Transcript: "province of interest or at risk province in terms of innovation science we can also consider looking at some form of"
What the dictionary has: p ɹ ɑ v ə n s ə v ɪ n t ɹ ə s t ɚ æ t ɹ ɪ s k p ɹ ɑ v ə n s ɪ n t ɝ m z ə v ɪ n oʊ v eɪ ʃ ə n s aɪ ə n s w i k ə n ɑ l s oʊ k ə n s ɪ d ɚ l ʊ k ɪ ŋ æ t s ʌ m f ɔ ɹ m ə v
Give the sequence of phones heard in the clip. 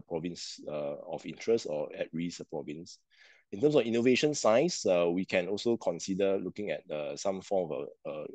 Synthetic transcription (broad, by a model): p ɹ ɑ v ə n s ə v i n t ɹ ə s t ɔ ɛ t ɹ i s p ɹ ɑ v ə n s ɪ n t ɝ m s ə f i n oʊ v eɪ ʃ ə n s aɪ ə s w i k ə n ɑ l s oʊ k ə n s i d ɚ l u k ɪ ŋ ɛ t s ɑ m f ɔ m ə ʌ